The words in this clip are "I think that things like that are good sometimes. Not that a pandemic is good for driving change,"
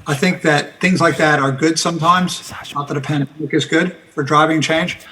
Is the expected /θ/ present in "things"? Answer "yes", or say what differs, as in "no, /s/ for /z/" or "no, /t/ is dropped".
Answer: yes